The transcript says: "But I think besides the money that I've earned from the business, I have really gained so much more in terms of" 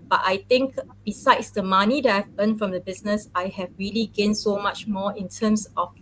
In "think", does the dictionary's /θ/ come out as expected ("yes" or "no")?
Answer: no